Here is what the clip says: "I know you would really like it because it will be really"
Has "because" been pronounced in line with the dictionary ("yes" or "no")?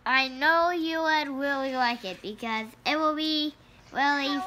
yes